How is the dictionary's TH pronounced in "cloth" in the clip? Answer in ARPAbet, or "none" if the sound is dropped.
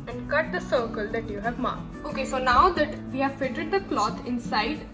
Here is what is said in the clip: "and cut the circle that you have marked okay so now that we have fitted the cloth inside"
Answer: T